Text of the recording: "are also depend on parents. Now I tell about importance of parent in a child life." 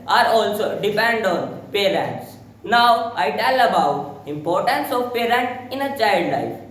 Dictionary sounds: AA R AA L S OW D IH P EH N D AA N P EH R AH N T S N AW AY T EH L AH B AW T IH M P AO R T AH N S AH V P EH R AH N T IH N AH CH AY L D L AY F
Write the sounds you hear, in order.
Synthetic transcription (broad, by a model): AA R AA L S OW D IH P EH N D AA N P EH R AH N T S N AW AY T EH L AH B AW T IH M P AO R T AH N S AH V P EH R AH N T IH N AH CH AY L D L AY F